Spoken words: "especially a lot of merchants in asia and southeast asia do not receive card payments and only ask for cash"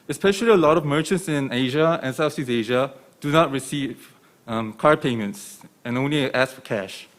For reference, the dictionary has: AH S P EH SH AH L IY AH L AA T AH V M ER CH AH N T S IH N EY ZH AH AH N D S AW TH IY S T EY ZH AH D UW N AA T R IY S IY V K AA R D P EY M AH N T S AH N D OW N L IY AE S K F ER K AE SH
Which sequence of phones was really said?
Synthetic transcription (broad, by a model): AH S P EH SH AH L IY AH L AA T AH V M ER CH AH N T S IH N EY ZH AH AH N S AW S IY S EY ZH AH D UW N AA T R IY S IY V K AA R P EY M AH N T S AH N OW N L IY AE S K F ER K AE SH